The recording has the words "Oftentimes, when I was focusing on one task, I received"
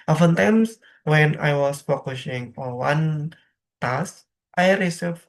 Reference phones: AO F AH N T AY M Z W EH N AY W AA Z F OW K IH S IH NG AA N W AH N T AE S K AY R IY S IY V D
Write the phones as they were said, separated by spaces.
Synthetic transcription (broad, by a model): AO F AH N T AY M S W EH N AY W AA S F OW K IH SH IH NG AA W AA N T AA S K AY R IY S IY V